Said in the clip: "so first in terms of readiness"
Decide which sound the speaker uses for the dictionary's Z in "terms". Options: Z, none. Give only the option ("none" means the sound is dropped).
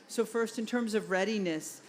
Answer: Z